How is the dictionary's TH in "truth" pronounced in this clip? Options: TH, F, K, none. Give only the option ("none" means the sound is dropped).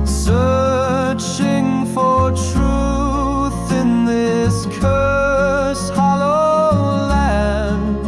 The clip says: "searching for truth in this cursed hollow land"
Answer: TH